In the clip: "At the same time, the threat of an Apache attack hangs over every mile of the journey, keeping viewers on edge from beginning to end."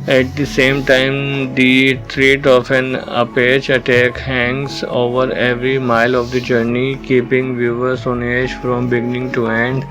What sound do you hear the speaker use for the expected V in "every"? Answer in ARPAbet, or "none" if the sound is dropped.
V